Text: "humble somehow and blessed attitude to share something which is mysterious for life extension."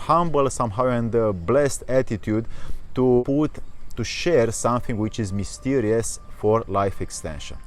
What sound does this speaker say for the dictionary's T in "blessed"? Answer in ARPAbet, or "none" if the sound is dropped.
T